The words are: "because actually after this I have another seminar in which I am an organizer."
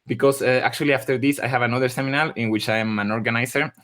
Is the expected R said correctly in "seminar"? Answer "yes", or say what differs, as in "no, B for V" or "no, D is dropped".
no, L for R